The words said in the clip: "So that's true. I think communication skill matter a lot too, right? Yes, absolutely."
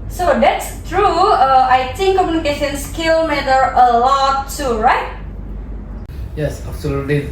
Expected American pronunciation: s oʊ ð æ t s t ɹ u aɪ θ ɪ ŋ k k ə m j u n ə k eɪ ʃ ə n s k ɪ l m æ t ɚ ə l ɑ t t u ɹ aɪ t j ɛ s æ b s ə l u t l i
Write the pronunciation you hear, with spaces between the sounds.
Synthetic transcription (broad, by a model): s oʊ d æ t s t ɹ u aɪ t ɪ ŋ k k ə m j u n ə k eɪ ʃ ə n s k ɪ l m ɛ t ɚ ə l ɑ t t u ɹ aɪ t j ɛ s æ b s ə l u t l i